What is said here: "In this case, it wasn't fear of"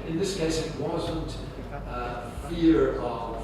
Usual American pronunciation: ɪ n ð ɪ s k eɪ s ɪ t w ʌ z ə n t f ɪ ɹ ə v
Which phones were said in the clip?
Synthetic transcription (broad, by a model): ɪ n ð ɪ s k eɪ s ɪ t w ʌ z ə n t f ɪ ɹ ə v